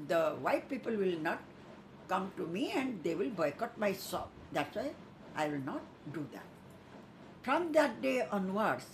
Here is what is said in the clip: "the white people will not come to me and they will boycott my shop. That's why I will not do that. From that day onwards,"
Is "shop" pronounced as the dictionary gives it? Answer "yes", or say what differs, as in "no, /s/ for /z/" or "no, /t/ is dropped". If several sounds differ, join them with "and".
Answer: no, /s/ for /ʃ/